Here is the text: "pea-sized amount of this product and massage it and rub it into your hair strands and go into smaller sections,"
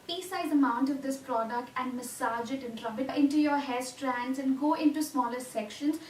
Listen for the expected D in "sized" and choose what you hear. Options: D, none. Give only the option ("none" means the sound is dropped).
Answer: none